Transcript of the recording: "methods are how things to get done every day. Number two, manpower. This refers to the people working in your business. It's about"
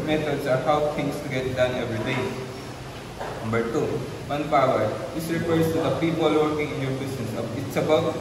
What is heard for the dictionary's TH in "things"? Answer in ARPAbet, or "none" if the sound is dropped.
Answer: T